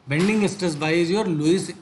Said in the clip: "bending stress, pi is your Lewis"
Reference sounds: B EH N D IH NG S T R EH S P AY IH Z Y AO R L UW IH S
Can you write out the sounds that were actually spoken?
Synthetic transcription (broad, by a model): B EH N D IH NG S T AH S B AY IH Z Y AO R L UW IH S